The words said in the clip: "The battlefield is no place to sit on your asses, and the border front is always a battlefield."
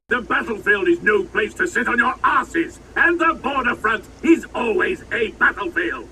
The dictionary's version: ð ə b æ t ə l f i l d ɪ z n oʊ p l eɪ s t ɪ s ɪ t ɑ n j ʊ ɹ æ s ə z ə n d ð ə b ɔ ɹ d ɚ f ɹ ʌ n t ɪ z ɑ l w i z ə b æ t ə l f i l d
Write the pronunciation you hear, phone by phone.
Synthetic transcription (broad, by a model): ð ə b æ t l f i l d ɪ z n oʊ p l eɪ s t ɪ s ɪ t n j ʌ ɹ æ s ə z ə n ð ə b ɔ ɹ d ɚ f ɹ ʌ n t ɪ z ɑ l w i z ə b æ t l f i l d